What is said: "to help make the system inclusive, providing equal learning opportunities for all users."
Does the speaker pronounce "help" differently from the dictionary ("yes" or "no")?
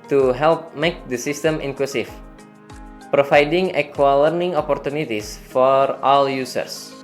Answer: no